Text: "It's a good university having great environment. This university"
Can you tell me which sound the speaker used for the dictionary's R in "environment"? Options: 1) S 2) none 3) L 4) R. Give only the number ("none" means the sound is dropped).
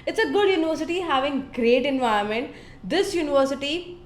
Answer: 2